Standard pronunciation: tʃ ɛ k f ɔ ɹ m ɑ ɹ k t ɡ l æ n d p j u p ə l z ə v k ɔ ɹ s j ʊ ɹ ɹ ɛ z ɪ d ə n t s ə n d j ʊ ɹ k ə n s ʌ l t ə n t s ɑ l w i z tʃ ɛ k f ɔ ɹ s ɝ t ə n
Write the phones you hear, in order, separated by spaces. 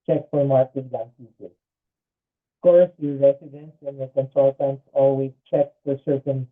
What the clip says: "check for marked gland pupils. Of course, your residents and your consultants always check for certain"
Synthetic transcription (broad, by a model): tʃ ɛ k f ɔ ɹ m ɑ ɹ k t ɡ æ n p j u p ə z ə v k ɔ ɹ s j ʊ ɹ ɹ ɛ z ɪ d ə n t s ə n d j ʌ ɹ k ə n s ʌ l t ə n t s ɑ l w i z tʃ ɛ k f ɔ ɹ s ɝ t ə n